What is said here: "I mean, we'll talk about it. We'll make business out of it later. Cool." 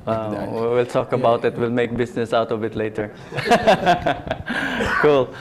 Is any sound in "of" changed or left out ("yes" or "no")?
yes